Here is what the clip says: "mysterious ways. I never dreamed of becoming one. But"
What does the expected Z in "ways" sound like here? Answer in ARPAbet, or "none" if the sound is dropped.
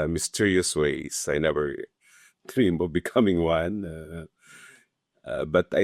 S